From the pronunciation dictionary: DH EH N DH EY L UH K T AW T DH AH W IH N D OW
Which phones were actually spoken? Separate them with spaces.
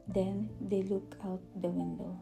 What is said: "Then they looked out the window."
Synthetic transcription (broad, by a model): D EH N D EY L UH K AW T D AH W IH N D OW